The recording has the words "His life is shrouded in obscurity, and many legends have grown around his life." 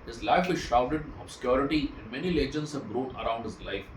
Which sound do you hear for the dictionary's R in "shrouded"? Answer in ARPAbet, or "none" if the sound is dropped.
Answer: none